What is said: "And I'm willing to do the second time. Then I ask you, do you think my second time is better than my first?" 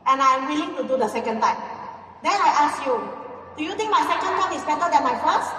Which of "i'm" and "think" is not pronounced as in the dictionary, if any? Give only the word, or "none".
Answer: think